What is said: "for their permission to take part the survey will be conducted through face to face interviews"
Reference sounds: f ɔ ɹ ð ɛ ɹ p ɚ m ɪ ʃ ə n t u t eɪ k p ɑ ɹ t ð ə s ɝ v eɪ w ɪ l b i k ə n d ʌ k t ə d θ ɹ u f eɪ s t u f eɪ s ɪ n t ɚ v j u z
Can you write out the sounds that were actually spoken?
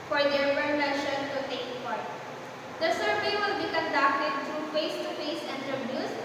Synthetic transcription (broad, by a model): f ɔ ɹ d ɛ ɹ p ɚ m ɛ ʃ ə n t u t eɪ k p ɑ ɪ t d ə s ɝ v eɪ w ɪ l b i k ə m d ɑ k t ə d t ɹ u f eɪ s t u f eɪ s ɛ n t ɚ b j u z